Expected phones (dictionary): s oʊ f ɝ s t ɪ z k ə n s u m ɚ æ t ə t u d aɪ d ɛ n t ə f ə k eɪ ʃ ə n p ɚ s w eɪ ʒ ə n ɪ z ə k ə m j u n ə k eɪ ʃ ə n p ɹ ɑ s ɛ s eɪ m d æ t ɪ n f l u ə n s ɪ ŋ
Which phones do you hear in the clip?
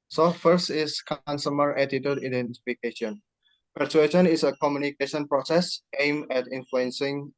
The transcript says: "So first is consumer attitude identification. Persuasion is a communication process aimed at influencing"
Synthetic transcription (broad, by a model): s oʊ f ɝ s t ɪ s k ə n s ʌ m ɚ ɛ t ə t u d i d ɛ n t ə f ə k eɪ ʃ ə n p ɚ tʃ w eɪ ʃ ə n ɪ s ə k ə m j u n ə k eɪ ʃ ə n p ɹ ɑ s ɛ s eɪ m ɛ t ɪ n f l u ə n s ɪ ŋ